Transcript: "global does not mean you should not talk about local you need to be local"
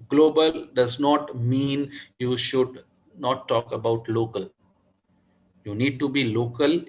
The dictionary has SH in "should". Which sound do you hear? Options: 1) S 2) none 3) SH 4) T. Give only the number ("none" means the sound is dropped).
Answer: 3